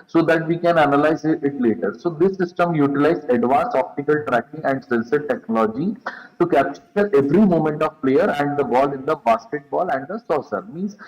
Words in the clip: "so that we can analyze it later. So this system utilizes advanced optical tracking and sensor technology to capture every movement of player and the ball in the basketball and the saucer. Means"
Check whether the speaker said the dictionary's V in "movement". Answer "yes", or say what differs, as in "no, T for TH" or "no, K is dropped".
no, V is dropped